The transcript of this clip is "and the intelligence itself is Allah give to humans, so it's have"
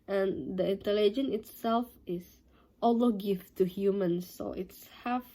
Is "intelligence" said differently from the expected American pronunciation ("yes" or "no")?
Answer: yes